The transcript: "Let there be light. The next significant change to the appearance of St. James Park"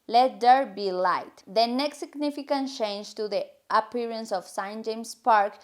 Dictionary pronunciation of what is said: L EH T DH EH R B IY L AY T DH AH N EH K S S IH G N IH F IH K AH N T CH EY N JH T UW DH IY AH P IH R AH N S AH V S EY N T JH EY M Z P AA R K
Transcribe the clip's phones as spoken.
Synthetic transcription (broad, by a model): L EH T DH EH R B IY L AY T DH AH N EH K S S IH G N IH F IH K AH N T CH EY N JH T UW DH IY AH P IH R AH N S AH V S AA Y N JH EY M S P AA R K